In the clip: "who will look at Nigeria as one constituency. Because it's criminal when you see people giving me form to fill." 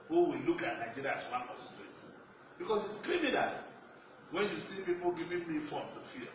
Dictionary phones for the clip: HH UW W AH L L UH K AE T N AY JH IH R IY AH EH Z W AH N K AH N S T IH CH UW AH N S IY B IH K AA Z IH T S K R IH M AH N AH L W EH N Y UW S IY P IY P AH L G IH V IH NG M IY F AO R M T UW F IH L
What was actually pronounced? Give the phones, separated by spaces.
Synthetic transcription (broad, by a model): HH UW W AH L L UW K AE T N AY JH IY R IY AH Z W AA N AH S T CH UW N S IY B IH K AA S IH T S K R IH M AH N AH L W EH N Y UW S IY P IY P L G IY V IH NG M IY F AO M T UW F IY